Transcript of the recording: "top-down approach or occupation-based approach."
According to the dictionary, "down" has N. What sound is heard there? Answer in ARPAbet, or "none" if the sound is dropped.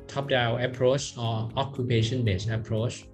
none